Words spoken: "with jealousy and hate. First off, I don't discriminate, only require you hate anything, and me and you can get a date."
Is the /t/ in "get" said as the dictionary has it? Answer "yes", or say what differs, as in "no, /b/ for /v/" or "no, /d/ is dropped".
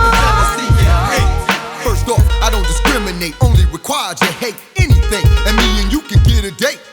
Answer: yes